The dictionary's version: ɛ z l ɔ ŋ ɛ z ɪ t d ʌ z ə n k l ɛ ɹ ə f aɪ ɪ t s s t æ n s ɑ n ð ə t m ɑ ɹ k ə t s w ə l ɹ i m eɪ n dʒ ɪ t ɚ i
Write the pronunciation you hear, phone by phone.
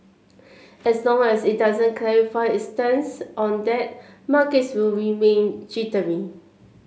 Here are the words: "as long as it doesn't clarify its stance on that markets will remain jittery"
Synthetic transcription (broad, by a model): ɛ s l ɔ ŋ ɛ s ɪ t d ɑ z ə n k l ɛ ɹ ə f aɪ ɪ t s s t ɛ n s ɑ n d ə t m ɑ k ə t s w ə l ɹ i m eɪ n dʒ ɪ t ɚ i